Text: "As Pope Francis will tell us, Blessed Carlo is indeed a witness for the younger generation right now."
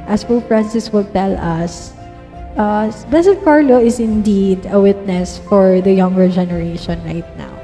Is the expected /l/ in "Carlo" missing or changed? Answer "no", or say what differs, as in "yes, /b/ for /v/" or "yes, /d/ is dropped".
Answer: no